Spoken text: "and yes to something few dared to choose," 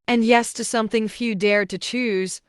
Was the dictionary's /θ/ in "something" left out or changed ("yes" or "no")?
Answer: no